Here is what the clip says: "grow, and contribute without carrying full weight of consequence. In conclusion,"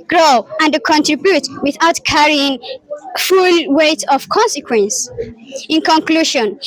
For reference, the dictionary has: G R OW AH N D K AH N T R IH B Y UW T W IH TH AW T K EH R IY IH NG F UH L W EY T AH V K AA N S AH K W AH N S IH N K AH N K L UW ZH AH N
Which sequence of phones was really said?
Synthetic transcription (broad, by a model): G R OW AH N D K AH N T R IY B Y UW T W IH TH AW T K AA R IY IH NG F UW L W EY T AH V K AA N S AH K W AH N S IH N K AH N K L UW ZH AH N